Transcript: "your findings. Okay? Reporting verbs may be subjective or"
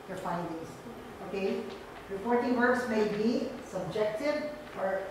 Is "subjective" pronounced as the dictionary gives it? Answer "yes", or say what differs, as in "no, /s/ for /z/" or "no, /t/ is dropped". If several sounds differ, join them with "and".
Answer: no, /f/ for /v/